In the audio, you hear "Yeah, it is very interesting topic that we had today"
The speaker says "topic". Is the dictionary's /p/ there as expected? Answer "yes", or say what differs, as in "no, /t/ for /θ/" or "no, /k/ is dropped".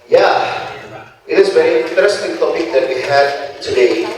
no, /b/ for /p/